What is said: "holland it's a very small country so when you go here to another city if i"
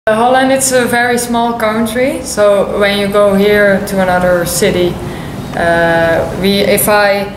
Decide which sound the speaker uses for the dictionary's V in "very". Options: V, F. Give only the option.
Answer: V